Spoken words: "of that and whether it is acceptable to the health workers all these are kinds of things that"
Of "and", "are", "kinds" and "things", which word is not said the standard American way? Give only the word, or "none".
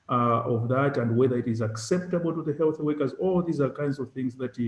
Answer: none